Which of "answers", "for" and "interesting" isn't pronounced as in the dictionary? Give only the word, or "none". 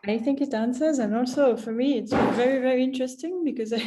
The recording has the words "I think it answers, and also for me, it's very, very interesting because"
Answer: none